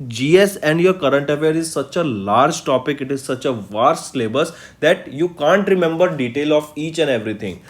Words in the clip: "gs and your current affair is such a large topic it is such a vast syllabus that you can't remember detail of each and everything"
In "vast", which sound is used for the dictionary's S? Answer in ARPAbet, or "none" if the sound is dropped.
none